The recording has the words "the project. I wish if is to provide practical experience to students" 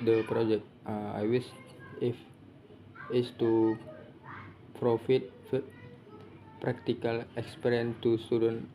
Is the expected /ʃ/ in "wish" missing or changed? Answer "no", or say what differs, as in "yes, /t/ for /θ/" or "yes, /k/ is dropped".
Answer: yes, /s/ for /ʃ/